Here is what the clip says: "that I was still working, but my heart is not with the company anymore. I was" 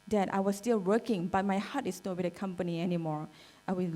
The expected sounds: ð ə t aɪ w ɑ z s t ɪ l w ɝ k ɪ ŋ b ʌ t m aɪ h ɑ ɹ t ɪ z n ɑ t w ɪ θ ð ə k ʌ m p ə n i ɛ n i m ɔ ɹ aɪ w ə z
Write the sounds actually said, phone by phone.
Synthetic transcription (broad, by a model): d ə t aɪ w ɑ s t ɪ l w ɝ k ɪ ŋ b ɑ t m aɪ h ɑ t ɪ s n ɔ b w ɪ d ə k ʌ m p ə n i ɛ n i m ɔ ɹ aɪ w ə